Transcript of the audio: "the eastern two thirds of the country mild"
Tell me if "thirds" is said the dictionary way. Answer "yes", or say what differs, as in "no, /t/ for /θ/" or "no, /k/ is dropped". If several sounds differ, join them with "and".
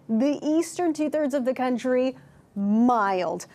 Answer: yes